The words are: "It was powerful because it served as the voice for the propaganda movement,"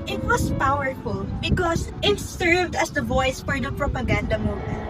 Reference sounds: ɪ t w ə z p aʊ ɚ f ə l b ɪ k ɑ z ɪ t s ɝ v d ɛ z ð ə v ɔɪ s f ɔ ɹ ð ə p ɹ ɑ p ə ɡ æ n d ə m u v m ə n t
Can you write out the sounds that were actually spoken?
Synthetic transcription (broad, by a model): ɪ t w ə s p aʊ ɚ f ə l b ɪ k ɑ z ɪ t s ɝ v d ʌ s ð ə v ɔɪ s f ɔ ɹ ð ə p ɹ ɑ p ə ɡ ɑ n d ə m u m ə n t